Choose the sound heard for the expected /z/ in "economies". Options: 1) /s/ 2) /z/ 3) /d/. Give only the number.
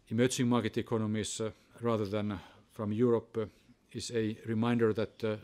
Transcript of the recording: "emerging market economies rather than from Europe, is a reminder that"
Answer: 1